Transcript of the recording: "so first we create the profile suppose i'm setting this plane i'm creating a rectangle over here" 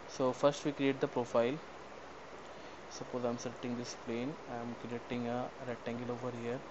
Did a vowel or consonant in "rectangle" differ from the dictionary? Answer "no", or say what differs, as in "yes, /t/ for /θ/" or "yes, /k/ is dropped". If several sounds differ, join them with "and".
yes, /k/ is dropped